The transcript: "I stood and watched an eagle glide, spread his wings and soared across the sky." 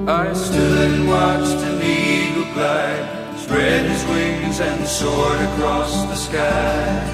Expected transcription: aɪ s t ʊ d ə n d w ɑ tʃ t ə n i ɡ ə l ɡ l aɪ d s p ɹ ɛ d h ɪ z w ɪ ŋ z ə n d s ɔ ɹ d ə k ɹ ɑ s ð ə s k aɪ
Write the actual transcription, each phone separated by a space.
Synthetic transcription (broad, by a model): aɪ s t ʊ d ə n w ɑ tʃ t ə n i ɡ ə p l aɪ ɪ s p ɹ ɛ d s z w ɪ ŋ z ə n s ɔ ɹ d ə k ɹ ɑ s ð ə s k aɪ